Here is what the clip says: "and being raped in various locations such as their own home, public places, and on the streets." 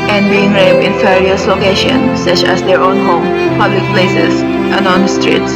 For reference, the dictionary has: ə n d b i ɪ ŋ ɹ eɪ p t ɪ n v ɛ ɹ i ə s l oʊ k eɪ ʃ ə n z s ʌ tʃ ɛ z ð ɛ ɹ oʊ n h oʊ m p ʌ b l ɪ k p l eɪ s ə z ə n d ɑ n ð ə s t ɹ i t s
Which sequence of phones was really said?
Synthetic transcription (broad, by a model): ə n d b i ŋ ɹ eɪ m ɪ n f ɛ ɹ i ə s l oʊ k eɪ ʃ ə n s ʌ tʃ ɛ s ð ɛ ɹ oʊ n h oʊ m p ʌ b l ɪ k p l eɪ s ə s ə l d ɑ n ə s t ɹ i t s